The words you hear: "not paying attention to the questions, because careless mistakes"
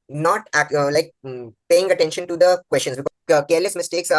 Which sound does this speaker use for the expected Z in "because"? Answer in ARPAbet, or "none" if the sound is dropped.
none